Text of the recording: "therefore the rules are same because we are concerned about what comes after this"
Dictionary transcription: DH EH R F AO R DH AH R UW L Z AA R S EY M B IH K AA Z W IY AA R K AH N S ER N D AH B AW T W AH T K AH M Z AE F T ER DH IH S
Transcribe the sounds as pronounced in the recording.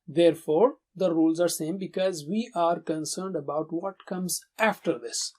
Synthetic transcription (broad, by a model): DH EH R F AO R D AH R UW L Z AA R S EY M B IH K AA Z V IY AA R K AH N S ER N D AH B AW T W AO T K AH M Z AE F T ER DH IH S